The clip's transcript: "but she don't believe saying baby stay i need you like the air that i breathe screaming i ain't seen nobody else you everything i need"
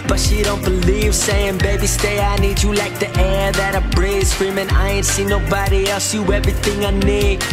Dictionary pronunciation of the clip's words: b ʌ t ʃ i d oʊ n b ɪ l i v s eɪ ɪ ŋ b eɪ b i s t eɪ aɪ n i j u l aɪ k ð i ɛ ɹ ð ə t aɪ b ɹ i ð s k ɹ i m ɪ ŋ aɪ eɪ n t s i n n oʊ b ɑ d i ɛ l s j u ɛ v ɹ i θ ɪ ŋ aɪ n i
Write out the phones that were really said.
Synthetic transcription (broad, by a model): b ʌ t ʃ i d oʊ n b ɪ l i v s eɪ ɪ ŋ b eɪ b i s t eɪ aɪ n i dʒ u l aɪ k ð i ɛ ɹ ð ə t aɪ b ɹ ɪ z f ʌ ɹ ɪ m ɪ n aɪ eɪ n t s i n n oʊ b ɑ d i ɛ l s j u ɛ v ɹ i θ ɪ ŋ aɪ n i